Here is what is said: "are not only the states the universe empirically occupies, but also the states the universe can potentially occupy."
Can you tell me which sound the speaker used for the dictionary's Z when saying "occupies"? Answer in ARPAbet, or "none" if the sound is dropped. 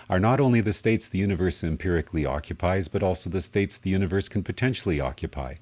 Z